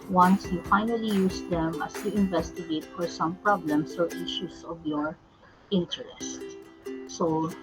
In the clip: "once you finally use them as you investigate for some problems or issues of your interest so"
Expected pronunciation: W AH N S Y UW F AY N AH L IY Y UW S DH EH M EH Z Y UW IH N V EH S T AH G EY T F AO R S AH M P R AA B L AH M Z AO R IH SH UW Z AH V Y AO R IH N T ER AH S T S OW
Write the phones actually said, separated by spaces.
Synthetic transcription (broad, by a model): W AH N S Y UW F AY N AH L IY Y UW S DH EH M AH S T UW IH N V EH S T AH G EY T F AO R S AH M P R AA B L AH M S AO R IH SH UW S AH V Y AO R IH N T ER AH S T S OW